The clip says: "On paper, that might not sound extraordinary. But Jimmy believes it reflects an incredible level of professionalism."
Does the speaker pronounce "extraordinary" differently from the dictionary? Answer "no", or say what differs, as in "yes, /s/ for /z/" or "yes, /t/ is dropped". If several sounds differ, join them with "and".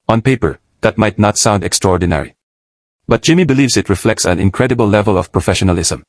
no